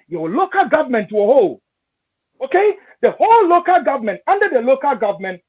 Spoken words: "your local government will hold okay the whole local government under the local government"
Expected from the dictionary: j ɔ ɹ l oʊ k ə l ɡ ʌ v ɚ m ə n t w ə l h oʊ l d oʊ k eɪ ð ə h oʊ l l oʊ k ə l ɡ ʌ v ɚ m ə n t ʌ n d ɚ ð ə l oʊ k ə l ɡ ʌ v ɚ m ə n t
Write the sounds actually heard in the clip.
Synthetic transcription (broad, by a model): j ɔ l oʊ k ə l ɡ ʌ v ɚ m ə n t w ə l h oʊ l oʊ k eɪ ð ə h oʊ l l oʊ k ə l ɡ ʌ v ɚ m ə n t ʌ n d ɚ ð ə l oʊ k ə l ɡ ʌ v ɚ m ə n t